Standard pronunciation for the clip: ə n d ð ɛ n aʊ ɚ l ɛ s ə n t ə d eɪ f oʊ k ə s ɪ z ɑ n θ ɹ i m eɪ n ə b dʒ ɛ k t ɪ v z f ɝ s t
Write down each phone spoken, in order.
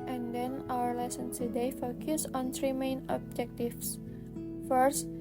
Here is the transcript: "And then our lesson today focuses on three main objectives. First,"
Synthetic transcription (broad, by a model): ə n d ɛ n aʊ ɚ l ɛ s ə n s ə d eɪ f oʊ k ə s ɑ n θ ɹ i m eɪ n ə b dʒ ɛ k t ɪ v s f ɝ s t